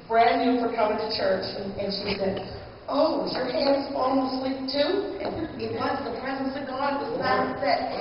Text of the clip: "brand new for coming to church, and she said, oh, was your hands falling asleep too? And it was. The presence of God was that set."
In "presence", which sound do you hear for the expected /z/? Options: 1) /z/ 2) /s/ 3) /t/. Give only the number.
1